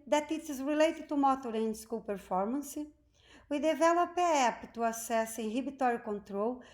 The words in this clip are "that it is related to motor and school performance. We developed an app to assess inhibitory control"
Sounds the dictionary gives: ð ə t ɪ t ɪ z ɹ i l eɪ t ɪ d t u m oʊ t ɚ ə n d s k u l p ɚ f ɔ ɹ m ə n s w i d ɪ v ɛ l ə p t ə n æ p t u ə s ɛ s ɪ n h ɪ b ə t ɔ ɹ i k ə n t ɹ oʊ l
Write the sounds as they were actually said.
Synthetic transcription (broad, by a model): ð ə t ɪ t ɪ z ɹ i l eɪ t ɪ d t u m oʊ t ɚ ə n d s k u l p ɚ f ɔ ɹ m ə n s w i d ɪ v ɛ l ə p ə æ p t u ə s ɛ s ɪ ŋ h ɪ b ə t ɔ ɹ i k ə n t ɹ oʊ l